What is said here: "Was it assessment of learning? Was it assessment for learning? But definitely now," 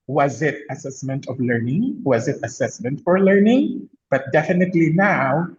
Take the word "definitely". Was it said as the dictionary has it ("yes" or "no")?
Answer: yes